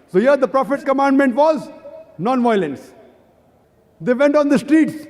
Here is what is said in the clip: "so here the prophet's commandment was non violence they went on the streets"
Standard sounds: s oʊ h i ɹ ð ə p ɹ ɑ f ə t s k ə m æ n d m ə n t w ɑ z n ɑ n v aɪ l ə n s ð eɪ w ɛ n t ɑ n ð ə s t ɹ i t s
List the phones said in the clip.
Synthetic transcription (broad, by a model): s oʊ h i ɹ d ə p ɹ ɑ f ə t k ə m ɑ n d m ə n t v ɑ z n ɑ n v aɪ l ə n s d eɪ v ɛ n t ɑ n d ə s t ɹ i t s